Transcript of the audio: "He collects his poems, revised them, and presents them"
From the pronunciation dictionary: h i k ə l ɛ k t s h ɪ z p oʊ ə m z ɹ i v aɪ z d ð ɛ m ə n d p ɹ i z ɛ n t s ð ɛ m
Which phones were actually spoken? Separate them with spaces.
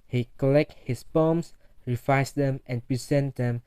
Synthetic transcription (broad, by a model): h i k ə l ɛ k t h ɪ s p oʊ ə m s ɹ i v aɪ s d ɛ m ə n p ɹ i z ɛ n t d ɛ m